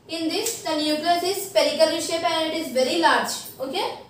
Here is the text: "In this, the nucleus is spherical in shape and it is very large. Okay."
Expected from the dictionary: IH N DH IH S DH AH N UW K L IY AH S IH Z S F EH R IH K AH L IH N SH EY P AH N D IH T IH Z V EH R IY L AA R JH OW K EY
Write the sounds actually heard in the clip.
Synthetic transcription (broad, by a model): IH N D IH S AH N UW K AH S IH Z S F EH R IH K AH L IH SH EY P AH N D IH T IH Z V EH R IY L AA R JH OW K EY